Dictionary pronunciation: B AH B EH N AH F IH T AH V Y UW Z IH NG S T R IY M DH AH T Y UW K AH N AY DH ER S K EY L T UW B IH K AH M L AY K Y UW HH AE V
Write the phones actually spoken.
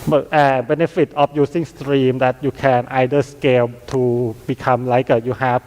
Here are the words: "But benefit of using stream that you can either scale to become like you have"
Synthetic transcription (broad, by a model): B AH B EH N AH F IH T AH P Y UW S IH NG S T R IY M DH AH T Y UW K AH N AY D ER S K EY L T UW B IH K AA M L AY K Y UW HH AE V